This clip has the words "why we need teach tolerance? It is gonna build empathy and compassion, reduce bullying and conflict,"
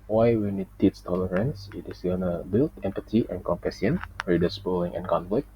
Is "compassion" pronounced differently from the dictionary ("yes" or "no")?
yes